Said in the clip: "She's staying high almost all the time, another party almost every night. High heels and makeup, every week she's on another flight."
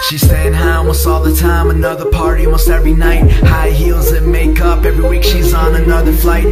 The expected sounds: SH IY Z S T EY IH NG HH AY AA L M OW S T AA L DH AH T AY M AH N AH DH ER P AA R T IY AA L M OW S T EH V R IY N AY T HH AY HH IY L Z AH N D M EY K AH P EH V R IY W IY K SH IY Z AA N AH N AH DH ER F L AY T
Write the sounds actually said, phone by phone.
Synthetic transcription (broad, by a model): SH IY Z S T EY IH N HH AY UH M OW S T AA L DH AH T AY M AH N AH DH ER P AA R T IY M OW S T EH V R IY N AY T HH AY HH IY L Z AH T M EY K AH P EH V R IY W IY K SH IY Z N AH N AH DH ER F L AY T